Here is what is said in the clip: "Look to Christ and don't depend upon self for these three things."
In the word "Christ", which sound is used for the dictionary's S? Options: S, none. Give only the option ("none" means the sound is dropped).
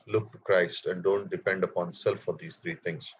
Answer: S